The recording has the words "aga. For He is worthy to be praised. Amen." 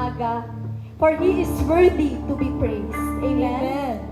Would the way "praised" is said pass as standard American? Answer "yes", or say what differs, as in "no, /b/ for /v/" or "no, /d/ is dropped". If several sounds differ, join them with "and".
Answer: no, /d/ is dropped